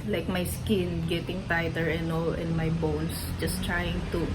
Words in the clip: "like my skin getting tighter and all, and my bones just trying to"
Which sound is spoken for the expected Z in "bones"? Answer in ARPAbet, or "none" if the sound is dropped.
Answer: S